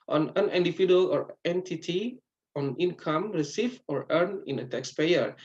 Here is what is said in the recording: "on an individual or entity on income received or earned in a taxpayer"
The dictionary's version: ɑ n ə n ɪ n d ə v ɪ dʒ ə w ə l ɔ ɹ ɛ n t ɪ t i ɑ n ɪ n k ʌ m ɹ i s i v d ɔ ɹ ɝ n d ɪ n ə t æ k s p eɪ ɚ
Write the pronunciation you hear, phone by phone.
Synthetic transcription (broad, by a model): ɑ n ə n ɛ n d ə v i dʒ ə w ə l ɔ ɹ ɛ n t ɪ t i ɑ n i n k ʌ m ɹ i s i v ɔ ɹ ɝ n ɪ n ə t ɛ k s p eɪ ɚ